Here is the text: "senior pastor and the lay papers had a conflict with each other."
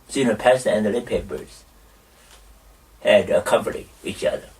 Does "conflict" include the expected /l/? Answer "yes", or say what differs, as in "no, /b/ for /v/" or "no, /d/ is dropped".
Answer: no, /l/ is dropped